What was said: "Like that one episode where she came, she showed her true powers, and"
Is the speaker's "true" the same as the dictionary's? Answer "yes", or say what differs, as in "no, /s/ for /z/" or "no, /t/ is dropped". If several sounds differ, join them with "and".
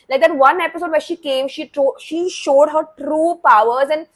yes